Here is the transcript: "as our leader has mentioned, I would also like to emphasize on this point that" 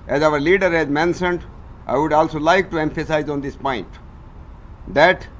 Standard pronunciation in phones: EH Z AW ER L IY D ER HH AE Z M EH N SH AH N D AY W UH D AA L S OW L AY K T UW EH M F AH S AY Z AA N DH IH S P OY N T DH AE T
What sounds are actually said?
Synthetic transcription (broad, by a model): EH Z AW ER L IY D ER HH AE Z M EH N S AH N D AY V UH D AA L S OW L AY K T UW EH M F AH S AY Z AA N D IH S P OY N T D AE T